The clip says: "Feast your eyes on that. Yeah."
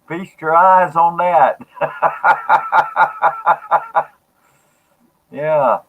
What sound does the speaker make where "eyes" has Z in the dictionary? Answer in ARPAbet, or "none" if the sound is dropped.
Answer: Z